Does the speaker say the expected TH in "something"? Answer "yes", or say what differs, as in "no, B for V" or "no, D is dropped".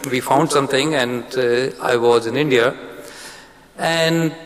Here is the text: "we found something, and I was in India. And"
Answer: no, T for TH